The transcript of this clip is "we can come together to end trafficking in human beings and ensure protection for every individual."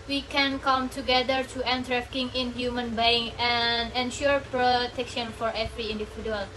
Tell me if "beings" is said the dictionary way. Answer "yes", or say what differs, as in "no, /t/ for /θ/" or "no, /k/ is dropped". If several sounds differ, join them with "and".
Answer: no, /z/ is dropped